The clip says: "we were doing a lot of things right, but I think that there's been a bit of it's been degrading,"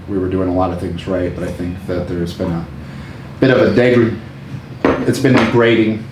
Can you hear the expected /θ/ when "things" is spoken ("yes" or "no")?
yes